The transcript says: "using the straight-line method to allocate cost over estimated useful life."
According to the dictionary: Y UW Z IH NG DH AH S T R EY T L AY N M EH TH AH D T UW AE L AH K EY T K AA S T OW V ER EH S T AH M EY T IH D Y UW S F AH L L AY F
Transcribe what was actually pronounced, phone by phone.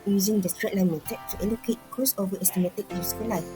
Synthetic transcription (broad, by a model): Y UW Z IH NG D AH S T R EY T L AY N M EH T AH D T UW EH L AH K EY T K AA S OW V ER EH S T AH M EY T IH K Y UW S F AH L L AY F